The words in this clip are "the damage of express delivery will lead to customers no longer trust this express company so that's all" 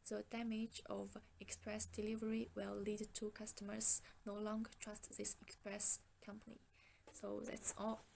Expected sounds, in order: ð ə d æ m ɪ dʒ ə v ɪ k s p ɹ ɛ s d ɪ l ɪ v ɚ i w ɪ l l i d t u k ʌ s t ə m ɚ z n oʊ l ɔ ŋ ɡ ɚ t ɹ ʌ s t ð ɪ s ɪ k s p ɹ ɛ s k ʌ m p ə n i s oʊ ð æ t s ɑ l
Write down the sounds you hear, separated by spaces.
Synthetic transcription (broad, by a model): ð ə d æ m ɪ dʒ ə v ɪ k s p ɹ ɛ s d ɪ l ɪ v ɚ i w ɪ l l i d t u k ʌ s t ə m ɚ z n oʊ l ɔ ŋ ɡ ɚ t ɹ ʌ s t ð ɪ s ɪ k s p ɹ ɛ s k ʌ m p ə n i s oʊ ð æ t s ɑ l